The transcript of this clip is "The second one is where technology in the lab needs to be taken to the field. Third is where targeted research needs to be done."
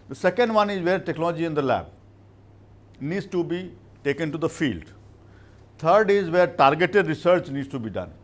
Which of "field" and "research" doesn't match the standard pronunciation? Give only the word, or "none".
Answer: none